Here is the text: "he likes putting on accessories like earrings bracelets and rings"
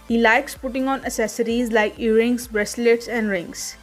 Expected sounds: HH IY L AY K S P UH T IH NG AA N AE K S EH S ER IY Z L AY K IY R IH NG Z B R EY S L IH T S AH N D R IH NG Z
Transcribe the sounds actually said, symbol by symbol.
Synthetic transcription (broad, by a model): HH IY L AY K S P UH T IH NG AA N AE S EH S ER IY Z L AY K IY R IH NG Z B R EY S L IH T S AH N D R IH NG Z